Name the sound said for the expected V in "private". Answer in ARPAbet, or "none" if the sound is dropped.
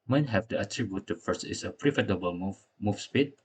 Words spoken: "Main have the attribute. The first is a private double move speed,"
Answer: F